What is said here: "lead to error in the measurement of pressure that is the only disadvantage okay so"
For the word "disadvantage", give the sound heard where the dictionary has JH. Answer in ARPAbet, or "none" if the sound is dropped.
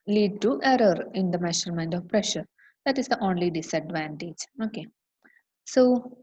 JH